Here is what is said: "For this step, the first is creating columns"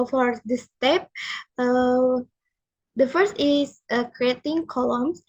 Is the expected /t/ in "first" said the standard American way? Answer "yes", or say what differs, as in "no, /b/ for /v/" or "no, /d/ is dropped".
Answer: yes